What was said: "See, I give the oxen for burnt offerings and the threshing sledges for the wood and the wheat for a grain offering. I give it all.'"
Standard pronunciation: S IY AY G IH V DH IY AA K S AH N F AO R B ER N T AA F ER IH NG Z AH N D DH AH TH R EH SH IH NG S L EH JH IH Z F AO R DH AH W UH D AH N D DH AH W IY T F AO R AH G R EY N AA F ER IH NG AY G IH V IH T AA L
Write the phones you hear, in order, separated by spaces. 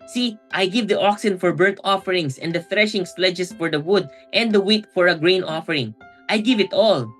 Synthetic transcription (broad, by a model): S IY AY G IH V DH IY AA K S AH N F AO R B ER T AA F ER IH NG S AH N D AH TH R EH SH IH NG S L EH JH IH S F AO R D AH W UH D AH N D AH W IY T F AO R AH G R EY N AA F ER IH NG AY G IH V IH T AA L